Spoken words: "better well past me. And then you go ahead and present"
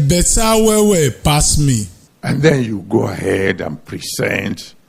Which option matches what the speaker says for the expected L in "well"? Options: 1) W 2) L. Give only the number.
1